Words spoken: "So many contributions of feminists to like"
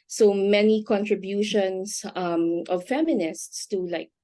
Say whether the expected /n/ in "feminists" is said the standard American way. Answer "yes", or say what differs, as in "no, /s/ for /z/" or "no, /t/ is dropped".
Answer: yes